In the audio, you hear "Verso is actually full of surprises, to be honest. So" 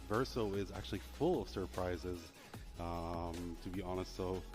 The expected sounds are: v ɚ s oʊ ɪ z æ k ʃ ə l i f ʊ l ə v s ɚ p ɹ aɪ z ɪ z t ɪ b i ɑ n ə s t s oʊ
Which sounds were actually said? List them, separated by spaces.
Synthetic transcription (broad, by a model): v ɚ s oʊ ɪ z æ k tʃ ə l i f ʊ l ə v s ɚ p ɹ aɪ z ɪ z t ɪ b i ɑ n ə s t s oʊ